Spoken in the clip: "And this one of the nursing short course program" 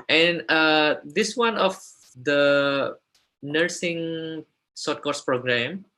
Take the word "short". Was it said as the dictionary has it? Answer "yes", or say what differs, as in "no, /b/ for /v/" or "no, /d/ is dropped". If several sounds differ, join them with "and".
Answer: no, /s/ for /ʃ/